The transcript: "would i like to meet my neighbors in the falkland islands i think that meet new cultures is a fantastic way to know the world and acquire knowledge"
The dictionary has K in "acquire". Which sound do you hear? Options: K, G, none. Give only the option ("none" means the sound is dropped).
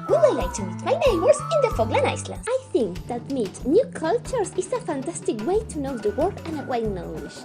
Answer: none